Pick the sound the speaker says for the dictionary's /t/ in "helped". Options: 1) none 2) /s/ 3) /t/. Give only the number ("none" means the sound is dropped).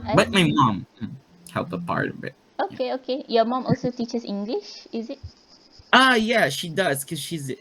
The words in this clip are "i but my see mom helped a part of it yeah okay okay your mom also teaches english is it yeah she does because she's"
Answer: 1